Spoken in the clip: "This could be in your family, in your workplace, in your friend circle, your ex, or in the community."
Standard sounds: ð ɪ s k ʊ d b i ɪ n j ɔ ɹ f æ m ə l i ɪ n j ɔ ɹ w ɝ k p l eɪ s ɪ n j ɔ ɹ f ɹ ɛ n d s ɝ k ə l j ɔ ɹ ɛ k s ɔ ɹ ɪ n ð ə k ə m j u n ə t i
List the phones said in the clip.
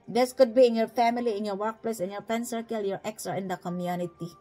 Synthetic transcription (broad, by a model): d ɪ s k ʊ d b i ɪ n j ɔ ɹ f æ m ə l i ɪ n j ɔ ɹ w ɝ k p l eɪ s ɪ n j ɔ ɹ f ɛ n s ɝ k ə l j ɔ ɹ ɛ k s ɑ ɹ ɪ n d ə k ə m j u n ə t i